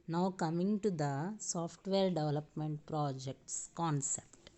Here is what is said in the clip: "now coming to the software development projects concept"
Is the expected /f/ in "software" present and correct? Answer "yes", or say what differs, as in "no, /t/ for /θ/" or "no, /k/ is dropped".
no, /p/ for /f/